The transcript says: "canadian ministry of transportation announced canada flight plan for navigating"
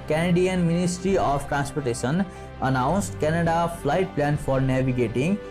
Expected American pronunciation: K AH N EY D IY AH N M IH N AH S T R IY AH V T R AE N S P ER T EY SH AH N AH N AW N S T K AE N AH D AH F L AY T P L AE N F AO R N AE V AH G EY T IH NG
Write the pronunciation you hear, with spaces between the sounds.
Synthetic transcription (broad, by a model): K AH N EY D IY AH N M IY N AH S T R IY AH P T R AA N S P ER T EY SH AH N AH N AW N S T K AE N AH D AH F L AY T P L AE N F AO R N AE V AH G EY T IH NG